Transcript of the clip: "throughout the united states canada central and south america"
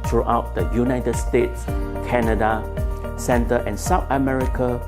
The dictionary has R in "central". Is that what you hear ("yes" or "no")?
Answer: no